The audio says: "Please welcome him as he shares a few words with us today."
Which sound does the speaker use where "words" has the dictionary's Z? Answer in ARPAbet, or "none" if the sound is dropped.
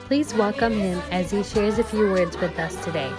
Z